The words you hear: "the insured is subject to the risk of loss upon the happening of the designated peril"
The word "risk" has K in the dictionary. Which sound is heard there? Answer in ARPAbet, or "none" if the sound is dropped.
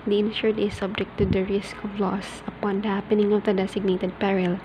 K